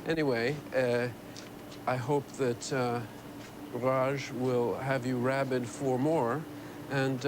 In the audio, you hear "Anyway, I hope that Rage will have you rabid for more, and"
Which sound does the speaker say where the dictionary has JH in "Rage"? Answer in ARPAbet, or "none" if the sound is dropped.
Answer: ZH